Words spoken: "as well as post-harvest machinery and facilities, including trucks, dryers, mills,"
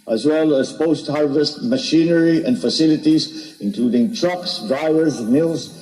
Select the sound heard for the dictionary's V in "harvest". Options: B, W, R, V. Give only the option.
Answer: V